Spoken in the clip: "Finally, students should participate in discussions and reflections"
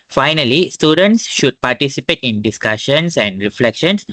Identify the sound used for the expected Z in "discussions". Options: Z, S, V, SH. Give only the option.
S